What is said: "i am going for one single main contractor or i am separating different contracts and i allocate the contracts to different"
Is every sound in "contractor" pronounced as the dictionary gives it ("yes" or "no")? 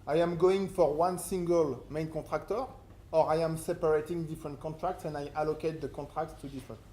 no